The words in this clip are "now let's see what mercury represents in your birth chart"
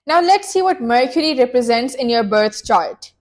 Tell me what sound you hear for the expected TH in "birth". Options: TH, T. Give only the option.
T